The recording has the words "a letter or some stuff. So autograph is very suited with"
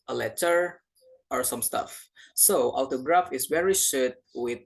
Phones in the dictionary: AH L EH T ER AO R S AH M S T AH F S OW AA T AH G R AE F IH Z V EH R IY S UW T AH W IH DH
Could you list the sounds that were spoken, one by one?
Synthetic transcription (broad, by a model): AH L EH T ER AO R S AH M S T AH F S OW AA T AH G R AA F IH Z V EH R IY SH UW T W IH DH